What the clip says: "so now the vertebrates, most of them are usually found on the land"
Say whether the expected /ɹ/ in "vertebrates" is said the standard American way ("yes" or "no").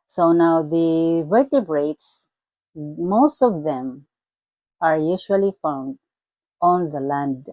yes